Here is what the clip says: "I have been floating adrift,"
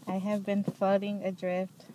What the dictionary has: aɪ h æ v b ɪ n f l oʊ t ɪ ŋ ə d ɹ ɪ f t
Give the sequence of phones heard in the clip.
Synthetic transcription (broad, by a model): aɪ h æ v b ɪ n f oʊ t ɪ ŋ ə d ɹ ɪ f t